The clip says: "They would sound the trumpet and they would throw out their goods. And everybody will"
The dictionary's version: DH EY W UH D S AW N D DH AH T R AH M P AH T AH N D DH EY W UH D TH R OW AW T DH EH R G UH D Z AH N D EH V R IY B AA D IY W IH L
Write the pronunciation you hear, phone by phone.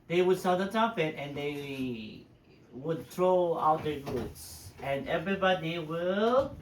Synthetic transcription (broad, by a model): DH EY W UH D S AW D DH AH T AH P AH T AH N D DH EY W UH D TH R OW AW T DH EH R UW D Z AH N EH V R IY B AA D IY W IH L